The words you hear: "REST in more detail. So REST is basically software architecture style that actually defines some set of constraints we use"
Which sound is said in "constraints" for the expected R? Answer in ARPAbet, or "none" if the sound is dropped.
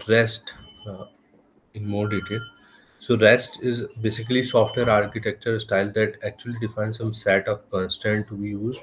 none